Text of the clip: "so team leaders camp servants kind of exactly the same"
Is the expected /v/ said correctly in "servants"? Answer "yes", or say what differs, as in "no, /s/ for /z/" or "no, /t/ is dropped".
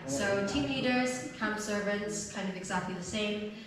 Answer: yes